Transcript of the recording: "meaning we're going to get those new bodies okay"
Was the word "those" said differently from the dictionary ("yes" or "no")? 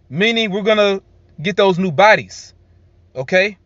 no